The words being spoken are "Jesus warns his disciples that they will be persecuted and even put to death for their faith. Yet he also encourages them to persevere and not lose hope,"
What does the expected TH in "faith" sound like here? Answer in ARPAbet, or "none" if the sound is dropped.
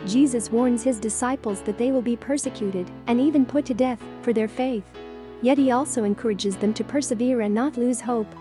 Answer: TH